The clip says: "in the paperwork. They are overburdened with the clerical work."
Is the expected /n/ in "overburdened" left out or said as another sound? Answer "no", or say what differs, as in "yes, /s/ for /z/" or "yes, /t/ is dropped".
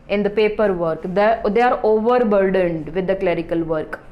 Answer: no